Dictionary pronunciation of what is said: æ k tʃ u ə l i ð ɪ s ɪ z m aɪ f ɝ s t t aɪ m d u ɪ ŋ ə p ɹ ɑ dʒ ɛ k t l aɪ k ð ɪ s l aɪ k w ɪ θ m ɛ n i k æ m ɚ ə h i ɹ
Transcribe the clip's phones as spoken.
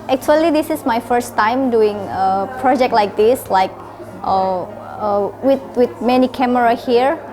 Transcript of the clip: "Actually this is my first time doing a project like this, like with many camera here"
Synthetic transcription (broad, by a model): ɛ k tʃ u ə l i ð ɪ s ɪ s m aɪ f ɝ s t t aɪ m d u ɪ ŋ ə p ɹ ɑ dʒ ɛ k t l aɪ k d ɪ s l aɪ k w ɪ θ m ɛ n i k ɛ m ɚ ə h i ɹ